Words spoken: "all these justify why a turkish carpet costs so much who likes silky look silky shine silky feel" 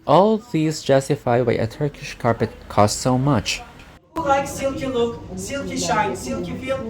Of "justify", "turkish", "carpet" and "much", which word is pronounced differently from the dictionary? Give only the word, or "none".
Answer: none